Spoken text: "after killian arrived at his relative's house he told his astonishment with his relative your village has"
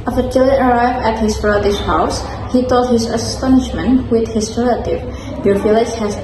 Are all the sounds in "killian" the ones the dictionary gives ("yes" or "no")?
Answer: no